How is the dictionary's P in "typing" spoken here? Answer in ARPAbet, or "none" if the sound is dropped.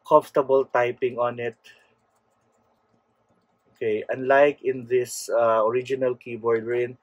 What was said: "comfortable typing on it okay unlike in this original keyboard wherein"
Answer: P